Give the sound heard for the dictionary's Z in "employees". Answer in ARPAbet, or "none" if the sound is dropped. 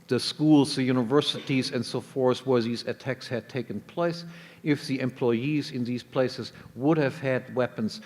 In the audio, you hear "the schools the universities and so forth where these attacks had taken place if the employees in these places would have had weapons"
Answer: Z